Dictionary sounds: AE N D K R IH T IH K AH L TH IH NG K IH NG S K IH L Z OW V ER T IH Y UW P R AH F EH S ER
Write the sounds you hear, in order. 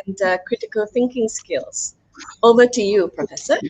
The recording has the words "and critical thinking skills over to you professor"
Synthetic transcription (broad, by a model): N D K R IH T IH K AH L TH IH NG K IH NG S K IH L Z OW B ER T IH Y UW P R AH F EH S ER